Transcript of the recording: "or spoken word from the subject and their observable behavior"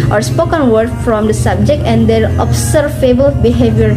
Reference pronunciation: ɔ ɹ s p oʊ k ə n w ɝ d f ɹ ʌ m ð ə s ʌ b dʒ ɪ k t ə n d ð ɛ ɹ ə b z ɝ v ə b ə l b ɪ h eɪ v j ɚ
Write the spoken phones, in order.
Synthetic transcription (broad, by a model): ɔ ɹ s p oʊ k ə n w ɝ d f ɹ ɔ m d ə s ʌ b dʒ ɪ k t ə n d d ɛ ɹ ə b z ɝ f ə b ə l b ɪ h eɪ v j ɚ